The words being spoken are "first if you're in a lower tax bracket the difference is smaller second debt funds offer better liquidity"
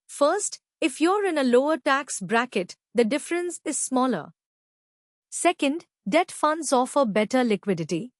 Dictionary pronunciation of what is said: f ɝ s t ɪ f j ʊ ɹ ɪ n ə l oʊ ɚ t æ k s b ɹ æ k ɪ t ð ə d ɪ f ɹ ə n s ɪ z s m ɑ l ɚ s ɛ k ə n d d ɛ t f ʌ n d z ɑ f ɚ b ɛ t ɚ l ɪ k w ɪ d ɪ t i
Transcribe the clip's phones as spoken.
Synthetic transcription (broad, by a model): f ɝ s t ɪ f j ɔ ɹ ɪ n ə l oʊ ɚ t æ k s b ɹ æ k ɪ t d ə d ɪ f ɹ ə n s ɪ z s m ɑ l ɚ s ɛ k ə n d d ɛ t f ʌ n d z ɑ f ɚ b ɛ t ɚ l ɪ k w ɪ d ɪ t i